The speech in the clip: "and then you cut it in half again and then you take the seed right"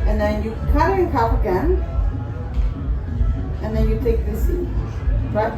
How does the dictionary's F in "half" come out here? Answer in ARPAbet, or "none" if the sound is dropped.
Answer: P